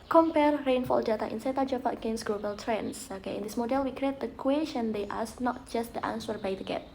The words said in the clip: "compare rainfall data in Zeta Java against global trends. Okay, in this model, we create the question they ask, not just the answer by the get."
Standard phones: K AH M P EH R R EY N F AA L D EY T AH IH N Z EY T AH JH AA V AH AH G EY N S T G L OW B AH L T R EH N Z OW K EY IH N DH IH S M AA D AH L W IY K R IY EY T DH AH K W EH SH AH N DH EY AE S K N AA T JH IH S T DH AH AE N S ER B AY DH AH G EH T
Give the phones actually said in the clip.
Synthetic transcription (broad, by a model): K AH M P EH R R EY N F AA L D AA T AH IH N S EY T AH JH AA P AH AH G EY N S G L OW B AH L T R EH N S OW K EY IH N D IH S M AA D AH L W IY K R IY EY T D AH K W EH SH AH N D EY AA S N AA T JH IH S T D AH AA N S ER B AY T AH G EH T